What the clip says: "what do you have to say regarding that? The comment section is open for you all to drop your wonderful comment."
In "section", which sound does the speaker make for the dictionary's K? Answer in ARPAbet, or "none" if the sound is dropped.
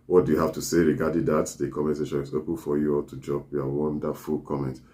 none